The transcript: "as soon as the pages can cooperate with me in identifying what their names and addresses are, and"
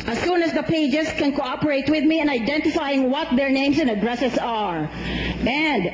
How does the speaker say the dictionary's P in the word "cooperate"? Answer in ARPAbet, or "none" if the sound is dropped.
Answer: P